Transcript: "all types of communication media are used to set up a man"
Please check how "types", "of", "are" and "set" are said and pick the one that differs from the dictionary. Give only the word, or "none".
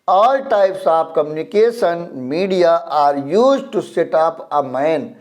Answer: of